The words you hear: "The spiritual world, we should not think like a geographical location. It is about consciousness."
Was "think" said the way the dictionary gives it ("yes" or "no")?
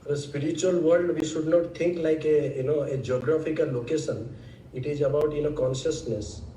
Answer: no